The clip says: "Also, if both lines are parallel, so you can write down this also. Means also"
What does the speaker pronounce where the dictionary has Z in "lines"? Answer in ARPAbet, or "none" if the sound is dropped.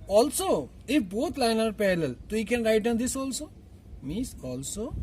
none